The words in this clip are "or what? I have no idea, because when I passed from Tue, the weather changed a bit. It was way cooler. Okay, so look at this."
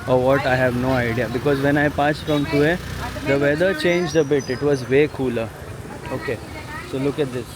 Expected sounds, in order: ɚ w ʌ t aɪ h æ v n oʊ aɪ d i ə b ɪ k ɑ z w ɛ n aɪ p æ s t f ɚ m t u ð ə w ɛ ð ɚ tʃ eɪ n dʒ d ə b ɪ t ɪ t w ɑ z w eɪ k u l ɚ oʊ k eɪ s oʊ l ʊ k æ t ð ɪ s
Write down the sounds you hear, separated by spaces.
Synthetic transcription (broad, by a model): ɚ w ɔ t aɪ h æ v n oʊ aɪ d i ə b ɪ k ɑ z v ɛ n aɪ p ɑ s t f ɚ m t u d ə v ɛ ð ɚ tʃ eɪ n dʒ d ə b ɪ t ɪ t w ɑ z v eɪ k u l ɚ oʊ k eɪ s oʊ l ʊ k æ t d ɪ s